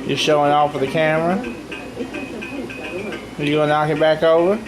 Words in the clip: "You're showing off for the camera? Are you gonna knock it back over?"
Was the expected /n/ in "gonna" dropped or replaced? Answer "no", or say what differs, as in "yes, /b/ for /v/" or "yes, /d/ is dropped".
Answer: yes, /n/ is dropped